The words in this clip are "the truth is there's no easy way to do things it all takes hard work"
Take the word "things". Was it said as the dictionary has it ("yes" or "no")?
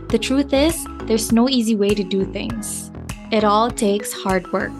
yes